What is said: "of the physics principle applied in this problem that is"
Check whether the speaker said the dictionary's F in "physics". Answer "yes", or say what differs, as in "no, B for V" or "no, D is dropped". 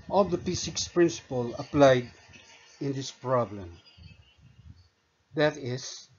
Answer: no, P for F